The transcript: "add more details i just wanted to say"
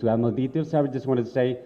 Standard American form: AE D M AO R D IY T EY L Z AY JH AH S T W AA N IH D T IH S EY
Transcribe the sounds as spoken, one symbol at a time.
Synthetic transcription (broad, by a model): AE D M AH L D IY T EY L S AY JH AH S T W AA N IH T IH S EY